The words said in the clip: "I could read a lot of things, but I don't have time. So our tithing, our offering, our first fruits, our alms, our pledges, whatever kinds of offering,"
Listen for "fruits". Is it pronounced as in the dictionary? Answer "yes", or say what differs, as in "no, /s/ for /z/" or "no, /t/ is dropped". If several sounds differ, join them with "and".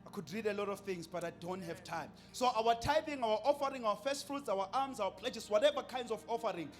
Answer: yes